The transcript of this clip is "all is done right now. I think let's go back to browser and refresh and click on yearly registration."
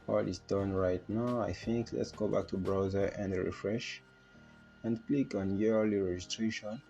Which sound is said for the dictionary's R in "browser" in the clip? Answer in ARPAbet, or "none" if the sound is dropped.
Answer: R